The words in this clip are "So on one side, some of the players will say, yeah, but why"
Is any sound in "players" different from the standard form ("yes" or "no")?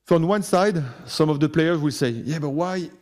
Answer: no